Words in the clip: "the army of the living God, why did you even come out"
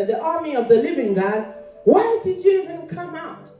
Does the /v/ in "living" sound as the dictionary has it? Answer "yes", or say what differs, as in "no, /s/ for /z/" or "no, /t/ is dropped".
yes